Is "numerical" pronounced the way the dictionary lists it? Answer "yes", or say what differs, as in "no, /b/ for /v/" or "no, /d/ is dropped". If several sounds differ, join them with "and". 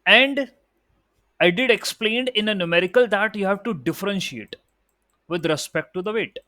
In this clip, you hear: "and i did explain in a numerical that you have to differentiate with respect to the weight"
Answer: yes